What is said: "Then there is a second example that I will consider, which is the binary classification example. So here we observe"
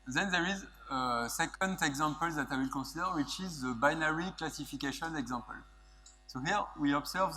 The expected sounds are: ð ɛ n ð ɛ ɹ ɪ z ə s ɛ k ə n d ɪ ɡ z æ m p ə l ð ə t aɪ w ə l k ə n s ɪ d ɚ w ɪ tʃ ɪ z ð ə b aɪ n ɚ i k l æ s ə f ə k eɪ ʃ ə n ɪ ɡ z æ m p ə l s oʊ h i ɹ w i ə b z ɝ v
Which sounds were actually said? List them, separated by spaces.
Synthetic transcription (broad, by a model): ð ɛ n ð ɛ ɹ ɪ z ə s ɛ k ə n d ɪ ɡ z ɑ m p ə l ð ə t aɪ w ə l k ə s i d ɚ w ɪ tʃ ɪ z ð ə b aɪ n ɚ i k l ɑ s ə f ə k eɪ ʃ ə n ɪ ɡ z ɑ m p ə l s oʊ h i ɹ w i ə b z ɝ v